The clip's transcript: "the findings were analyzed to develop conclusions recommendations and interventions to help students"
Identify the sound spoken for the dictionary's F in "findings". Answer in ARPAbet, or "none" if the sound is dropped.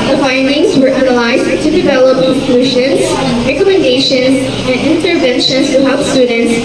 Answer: F